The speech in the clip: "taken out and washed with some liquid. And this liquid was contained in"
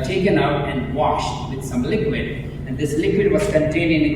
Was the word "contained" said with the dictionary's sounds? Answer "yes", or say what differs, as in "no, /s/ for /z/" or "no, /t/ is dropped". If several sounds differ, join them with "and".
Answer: no, /d/ is dropped